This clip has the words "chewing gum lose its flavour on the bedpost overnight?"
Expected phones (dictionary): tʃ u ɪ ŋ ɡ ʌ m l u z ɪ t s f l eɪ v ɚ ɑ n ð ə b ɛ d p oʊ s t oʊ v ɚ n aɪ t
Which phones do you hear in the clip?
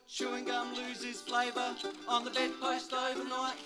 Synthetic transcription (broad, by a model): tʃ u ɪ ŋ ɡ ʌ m l u z ɪ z f l eɪ v ɚ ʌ n ð ə b ɛ d p oʊ s t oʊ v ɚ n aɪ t